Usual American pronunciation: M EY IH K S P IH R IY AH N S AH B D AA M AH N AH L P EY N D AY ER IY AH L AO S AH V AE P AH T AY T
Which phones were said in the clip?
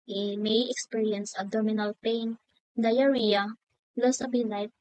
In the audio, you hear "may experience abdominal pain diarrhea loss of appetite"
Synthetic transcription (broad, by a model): M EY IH K S P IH R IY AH N S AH D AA M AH N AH L P EY N D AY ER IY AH L AO S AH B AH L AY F